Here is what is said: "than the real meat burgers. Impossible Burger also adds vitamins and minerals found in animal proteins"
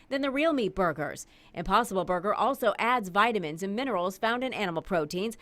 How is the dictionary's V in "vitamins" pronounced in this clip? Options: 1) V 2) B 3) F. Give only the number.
1